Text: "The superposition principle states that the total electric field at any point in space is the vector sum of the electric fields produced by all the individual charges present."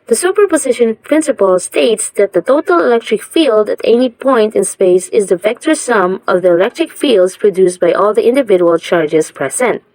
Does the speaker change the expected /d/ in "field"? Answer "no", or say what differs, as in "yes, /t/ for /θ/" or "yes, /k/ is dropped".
no